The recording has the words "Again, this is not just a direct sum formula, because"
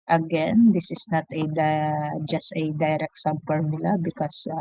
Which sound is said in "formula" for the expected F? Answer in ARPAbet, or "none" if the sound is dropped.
P